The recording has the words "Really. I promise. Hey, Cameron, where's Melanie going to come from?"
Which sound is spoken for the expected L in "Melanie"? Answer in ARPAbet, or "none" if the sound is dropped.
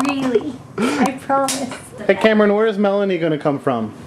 L